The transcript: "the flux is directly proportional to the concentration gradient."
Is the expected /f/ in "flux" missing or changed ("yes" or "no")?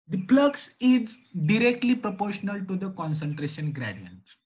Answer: yes